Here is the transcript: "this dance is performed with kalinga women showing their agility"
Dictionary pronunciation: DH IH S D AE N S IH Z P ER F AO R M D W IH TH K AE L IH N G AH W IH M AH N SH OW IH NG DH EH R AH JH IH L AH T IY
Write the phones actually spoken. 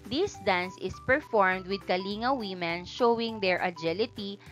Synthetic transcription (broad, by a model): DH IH S D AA N S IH S P ER F AO R M D W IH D K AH L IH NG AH W IH M AH N SH OW IH NG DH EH R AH JH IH L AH T IY